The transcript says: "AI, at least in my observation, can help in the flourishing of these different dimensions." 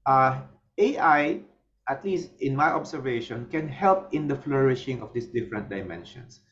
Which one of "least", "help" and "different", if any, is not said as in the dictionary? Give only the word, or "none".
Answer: none